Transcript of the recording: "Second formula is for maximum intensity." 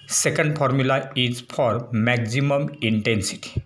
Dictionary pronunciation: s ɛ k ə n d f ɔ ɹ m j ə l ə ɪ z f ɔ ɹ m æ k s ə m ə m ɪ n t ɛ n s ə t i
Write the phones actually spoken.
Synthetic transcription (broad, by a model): s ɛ k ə n d p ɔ ɹ m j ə l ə ɪ z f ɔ ɹ m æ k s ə m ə m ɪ n t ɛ n s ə t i